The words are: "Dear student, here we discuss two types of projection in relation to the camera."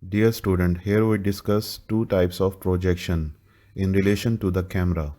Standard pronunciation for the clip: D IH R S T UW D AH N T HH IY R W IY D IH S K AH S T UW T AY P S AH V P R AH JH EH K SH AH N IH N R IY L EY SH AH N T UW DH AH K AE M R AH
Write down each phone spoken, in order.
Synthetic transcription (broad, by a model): D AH R S T UW D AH N T HH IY R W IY D IH S K AH S T UW T AY P S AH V P R AH JH EH K SH AH N IH N R IY L EY SH AH N T UW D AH K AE M R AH